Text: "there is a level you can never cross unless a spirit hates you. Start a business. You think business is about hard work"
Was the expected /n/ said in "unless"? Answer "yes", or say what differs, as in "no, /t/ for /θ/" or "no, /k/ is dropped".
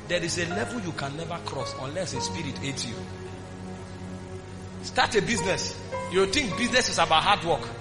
yes